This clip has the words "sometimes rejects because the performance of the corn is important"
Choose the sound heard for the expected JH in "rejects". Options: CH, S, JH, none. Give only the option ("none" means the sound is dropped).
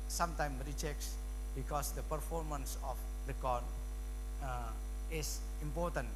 CH